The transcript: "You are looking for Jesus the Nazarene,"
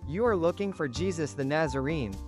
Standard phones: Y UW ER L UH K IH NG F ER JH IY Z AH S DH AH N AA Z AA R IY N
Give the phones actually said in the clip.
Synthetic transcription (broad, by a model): Y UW ER L UH K IH NG F ER JH IY Z AH S DH AH N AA Z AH R IY N